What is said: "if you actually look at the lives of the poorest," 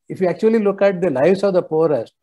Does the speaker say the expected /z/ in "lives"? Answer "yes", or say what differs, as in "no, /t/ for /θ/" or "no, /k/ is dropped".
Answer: no, /s/ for /z/